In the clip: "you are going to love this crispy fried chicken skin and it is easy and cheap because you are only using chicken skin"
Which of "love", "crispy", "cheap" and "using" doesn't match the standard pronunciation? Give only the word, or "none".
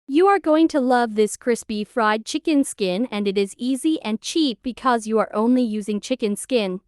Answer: none